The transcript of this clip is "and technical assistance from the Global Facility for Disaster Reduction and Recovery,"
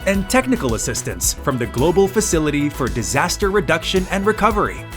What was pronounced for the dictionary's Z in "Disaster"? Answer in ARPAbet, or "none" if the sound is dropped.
Z